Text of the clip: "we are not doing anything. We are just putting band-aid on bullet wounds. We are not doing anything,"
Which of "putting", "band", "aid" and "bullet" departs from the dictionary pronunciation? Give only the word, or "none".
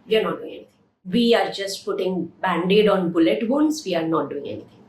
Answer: none